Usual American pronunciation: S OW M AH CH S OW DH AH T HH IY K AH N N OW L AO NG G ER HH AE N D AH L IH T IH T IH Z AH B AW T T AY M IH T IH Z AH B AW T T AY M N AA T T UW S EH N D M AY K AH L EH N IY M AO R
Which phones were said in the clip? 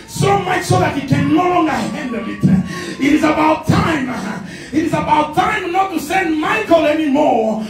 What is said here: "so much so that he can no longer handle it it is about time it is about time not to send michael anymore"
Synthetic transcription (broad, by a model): S OW M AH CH S OW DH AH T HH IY K AH N L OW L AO NG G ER HH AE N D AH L IH T IH T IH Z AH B AW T T AY M IH T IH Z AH B AW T T AY M N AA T T UW S EH N D M AY K AH L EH N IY M AO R